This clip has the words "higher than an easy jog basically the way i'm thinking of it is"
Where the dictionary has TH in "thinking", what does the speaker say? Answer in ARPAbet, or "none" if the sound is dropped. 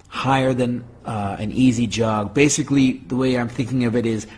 TH